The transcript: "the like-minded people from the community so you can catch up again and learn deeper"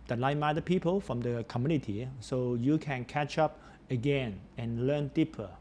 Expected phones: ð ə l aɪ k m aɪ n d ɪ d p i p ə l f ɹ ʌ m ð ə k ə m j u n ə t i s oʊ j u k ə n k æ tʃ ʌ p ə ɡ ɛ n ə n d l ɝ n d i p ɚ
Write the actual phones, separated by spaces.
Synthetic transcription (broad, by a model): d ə l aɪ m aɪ d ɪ p i p ə l f ɹ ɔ m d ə k ə m j u n ə t i s oʊ j u k ə n k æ tʃ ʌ p ə ɡ ɛ n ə n l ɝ n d i p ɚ